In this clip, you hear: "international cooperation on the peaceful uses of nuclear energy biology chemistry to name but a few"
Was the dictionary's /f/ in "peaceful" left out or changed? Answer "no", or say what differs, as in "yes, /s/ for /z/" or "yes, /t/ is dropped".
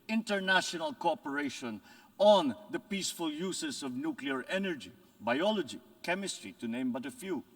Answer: no